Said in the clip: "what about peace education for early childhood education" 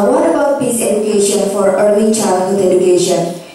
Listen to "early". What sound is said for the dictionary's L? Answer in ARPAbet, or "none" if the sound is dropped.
N